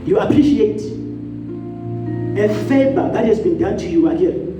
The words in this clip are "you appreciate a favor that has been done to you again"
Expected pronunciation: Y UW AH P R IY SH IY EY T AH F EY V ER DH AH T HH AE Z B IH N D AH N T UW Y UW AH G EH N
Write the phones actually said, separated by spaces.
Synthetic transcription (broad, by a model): Y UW AH P R IY SH IY EY T AH F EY B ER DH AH T HH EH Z B IH N D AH N T UW Y UW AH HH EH